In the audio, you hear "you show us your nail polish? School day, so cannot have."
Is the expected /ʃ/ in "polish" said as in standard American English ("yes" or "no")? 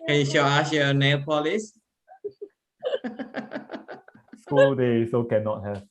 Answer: no